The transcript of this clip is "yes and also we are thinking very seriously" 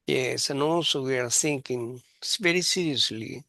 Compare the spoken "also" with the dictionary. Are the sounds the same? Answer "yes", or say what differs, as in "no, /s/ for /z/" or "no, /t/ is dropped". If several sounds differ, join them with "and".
no, /l/ is dropped